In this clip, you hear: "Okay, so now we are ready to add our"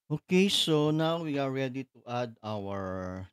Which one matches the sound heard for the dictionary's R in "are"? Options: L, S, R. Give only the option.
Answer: R